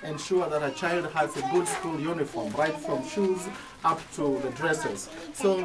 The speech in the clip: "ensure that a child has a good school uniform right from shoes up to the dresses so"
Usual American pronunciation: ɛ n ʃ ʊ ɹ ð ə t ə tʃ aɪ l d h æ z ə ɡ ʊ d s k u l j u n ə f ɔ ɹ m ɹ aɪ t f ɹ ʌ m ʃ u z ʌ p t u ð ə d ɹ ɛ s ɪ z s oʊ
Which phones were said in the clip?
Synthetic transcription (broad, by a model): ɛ n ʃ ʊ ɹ ð ə t ə tʃ aɪ l d h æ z ə ɡ ʊ d s k u l j u n ə f ɔ ɹ m ɹ aɪ t f ɹ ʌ m ʃ u z ʌ p t u ð ə d ɹ ɛ s ɪ z s oʊ